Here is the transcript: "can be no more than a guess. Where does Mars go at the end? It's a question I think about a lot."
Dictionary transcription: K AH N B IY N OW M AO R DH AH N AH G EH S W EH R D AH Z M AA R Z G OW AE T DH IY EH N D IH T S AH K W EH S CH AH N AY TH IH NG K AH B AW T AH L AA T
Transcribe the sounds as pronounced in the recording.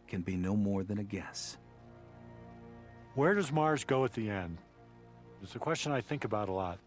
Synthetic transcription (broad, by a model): K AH N B IY N OW M AO R DH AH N AH G EH S W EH R D AH Z M AA R Z G OW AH T DH IY EH N D IH T S AH K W EH S CH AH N AY TH IH NG K AH B AW T AH L AA T